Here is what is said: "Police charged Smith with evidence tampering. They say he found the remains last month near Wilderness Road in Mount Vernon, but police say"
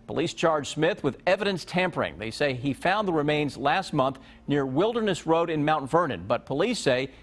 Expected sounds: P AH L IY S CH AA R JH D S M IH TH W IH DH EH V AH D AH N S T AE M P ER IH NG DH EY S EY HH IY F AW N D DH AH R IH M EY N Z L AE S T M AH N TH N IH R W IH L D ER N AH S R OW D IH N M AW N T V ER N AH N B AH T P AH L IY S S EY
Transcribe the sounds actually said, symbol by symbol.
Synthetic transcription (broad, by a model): P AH L IY S CH AA R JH S M IH TH W IH DH EH V AH D AH N S T AE M P ER IH NG DH EY S EY IY F AW N DH AH R IH M EY N Z L AE S T M AH N TH N IH R W IH L D ER N AH S R OW D IH N M AW N T V ER N AH N B AH T P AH L IY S S EY